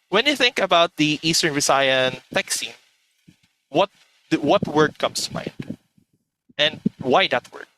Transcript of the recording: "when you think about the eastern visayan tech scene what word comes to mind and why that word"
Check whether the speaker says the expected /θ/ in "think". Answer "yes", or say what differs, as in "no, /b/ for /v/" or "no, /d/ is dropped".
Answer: yes